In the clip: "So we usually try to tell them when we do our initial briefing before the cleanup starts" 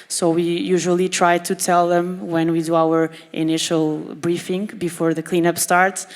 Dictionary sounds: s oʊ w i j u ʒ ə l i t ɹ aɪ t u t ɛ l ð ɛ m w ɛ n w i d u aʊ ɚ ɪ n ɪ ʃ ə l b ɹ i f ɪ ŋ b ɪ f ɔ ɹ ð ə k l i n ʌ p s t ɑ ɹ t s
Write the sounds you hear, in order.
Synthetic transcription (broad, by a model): s oʊ w i j u ʒ ə l i t ɹ aɪ t u t ɛ l ð ɛ m w ɛ n w i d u aʊ ɚ ɪ n ɪ ʃ ə l b ɹ i f ɪ ŋ b ɪ f ɔ ɹ ð ə k l i n ʌ p s t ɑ ɹ t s